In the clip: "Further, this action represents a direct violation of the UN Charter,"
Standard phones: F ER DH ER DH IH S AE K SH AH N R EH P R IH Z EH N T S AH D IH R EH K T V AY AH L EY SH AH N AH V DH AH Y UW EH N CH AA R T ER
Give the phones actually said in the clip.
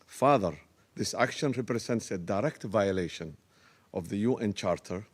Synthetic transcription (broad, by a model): F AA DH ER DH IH S AE K SH AH N R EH P R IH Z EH N T S AH D IH R EH K T V AY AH L EY SH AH N AH V DH AH Y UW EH N CH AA R T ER